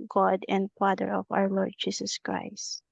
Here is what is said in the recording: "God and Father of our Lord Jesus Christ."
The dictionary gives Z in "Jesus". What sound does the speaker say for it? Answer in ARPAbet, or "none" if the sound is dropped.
S